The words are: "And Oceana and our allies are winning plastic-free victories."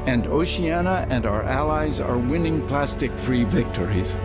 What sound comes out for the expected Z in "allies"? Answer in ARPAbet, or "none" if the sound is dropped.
Z